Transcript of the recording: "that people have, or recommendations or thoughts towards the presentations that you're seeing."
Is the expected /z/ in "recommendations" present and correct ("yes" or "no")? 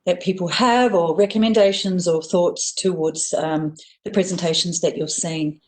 yes